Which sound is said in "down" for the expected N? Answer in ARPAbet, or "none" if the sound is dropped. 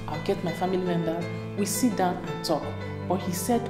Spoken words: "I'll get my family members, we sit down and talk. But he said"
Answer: N